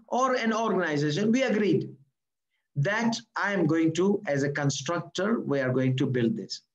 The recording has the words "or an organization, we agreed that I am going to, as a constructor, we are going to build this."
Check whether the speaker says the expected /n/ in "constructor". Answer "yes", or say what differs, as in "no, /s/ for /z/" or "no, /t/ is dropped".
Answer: yes